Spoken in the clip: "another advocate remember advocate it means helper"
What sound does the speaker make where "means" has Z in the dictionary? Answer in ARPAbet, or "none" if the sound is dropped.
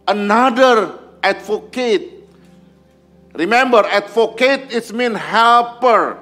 none